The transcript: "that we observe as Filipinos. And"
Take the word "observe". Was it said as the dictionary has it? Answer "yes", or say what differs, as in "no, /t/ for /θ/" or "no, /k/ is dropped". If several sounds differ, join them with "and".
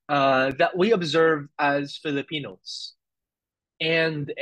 yes